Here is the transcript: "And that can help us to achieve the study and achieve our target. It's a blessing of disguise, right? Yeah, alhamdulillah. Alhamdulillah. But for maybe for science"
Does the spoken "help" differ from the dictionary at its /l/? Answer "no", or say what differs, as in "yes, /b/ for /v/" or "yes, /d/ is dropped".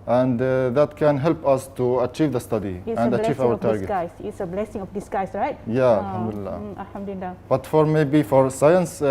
no